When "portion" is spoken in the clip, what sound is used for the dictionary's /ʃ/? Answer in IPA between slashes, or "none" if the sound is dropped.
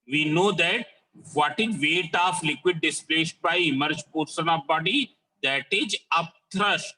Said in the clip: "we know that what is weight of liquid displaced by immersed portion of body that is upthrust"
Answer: /s/